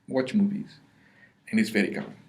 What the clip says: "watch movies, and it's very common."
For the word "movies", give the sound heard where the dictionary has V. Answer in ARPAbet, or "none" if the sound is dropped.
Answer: V